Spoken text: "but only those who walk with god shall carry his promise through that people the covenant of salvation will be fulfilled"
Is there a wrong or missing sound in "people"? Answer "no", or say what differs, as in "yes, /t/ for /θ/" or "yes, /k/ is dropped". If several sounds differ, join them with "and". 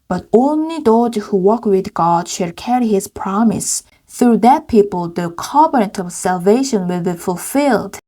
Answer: no